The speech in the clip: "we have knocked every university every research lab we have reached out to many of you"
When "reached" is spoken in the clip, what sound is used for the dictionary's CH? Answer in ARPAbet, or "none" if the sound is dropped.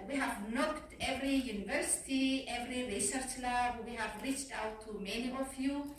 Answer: CH